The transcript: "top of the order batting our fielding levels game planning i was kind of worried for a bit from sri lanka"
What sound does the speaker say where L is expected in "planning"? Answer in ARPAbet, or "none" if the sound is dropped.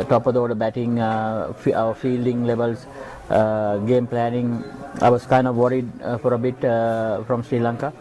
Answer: L